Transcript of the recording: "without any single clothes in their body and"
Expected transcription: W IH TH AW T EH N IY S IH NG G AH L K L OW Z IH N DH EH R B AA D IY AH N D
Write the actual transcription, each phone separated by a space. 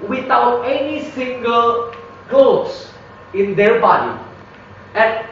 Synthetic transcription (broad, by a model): W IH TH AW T EH N IY S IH NG G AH L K OW S IH N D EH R B AA D IY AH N